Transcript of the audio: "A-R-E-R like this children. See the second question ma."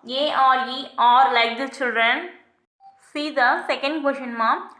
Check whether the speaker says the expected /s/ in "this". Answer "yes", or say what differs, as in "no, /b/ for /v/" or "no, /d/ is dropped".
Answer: no, /s/ is dropped